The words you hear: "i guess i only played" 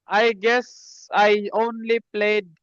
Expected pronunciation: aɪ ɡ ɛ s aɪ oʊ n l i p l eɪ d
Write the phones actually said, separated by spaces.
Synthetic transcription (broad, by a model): aɪ ɡ ɛ s aɪ oʊ n l i p l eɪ d